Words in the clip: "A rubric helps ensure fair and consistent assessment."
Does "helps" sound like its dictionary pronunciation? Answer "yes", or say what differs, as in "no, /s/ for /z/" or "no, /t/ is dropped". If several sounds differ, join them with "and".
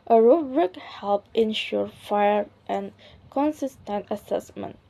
no, /s/ is dropped